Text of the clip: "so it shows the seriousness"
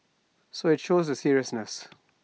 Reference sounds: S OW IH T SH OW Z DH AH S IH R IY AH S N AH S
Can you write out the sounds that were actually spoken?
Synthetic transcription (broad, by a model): S OW IH T SH OW Z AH S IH R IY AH S N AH S